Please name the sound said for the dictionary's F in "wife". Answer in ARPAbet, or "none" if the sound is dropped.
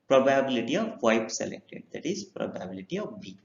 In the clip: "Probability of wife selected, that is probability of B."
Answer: P